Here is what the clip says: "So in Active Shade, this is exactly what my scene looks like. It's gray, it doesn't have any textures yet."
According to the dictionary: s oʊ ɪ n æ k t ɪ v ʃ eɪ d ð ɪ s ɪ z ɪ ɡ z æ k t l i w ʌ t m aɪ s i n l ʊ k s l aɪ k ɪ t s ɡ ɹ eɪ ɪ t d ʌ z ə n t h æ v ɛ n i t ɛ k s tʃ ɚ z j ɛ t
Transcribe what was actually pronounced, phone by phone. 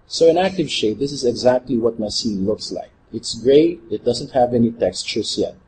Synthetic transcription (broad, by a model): s oʊ ɪ n æ k t ɪ v ʃ eɪ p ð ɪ s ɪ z ɪ ɡ z æ k t l i w ʌ t m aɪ s i n l ʊ k s l aɪ k ɪ t s ɡ ɹ eɪ ɪ t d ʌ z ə n t h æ v ɛ n i t ɛ k s tʃ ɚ s j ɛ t